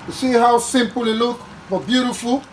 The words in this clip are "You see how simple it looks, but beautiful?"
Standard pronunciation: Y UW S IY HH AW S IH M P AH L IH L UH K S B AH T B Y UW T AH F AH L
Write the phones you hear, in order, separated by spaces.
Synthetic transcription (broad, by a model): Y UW S IY HH AW S IH M P AH L IH L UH K B AH T B Y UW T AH F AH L